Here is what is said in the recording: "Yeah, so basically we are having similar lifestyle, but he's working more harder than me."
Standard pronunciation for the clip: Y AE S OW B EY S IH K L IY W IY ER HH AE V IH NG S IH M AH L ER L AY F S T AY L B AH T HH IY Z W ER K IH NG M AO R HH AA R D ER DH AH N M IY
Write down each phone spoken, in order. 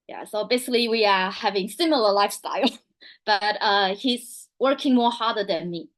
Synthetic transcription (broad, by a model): Y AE S OW B EY S IH K L IY W IY ER HH AE V IH NG S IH M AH L ER L AY F S T AY L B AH T HH IY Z W ER K IH NG M AO R HH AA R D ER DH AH N M IY